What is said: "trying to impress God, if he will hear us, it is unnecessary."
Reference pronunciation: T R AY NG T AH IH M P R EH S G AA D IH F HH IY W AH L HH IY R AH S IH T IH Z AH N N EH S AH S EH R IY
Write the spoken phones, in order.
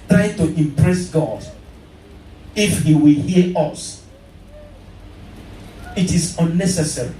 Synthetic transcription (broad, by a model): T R AY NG T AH IH M P R EH S G AA D IH F HH IY W AH L HH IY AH AH S IH T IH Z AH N N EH S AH S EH R IY